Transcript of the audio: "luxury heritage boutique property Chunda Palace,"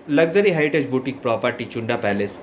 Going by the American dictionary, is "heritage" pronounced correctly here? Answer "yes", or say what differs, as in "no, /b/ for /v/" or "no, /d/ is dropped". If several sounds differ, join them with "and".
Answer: no, /ɹ/ is dropped